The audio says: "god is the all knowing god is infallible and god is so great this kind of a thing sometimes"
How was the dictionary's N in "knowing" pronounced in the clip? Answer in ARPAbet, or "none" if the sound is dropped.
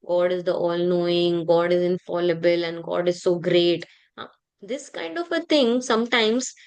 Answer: N